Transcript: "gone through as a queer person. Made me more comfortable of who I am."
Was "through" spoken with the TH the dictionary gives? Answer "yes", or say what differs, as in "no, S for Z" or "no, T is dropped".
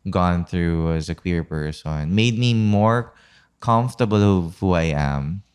yes